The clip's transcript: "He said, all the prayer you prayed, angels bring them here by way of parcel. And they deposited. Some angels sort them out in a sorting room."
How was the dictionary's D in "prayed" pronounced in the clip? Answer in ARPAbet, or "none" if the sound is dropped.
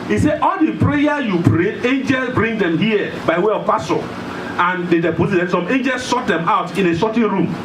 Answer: none